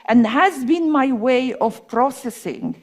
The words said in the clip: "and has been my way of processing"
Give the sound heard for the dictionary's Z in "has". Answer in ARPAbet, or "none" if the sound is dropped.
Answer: Z